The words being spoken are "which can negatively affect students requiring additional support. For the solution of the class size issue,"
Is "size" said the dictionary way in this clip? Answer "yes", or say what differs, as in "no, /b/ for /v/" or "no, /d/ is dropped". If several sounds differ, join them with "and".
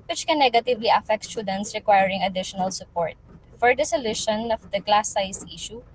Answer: no, /s/ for /z/